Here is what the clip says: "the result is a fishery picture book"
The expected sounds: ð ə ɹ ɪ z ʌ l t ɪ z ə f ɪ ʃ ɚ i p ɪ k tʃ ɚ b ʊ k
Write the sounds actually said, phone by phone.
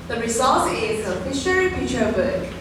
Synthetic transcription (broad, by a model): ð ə ɹ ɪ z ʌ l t ɪ z ə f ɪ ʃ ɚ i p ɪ tʃ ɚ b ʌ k